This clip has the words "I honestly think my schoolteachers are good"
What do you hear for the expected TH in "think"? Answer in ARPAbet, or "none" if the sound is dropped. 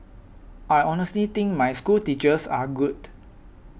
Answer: T